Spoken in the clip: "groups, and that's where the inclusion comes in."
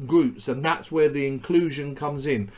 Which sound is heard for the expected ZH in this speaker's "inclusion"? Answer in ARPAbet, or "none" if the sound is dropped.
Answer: ZH